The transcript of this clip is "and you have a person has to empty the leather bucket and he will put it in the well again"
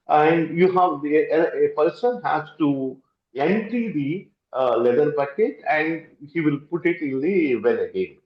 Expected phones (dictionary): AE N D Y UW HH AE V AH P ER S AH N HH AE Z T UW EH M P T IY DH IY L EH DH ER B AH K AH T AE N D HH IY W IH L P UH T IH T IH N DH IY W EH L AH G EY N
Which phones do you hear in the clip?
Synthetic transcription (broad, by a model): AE N D Y UW HH AE V AH P ER S AH N HH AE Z T UW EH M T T IY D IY L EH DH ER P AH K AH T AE N D HH IY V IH L P UH T IH T IH N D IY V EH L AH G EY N